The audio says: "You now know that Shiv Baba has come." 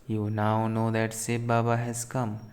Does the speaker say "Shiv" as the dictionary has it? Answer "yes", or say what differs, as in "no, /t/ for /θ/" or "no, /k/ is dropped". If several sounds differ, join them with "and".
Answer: no, /s/ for /ʃ/